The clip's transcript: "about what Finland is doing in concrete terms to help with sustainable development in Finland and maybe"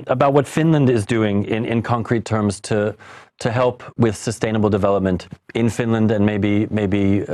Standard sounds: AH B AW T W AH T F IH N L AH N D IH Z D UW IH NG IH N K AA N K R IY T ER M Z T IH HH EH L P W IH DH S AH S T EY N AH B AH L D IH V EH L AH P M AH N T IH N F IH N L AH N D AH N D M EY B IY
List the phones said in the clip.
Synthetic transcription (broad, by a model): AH B AW T W AH T F IH N L AH N D IH Z D UW IH NG IH N K AA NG K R IY T ER M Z T IH HH EH L P W IH DH S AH S T EY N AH B L D IH V EH L AH P M AH N T IH N F IH N L AH N D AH N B M EY B IY